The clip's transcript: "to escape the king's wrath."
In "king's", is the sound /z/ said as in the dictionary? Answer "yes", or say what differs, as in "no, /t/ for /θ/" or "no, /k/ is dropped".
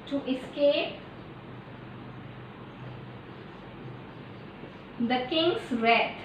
no, /s/ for /z/